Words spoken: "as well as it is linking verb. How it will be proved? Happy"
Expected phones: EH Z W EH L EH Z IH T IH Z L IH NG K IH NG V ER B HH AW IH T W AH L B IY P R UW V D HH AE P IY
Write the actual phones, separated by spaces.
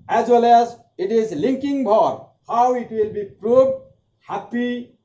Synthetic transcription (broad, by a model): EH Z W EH L EH Z IH T IH Z L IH NG K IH NG B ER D HH AW IH T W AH L B IY P R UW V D HH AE P IY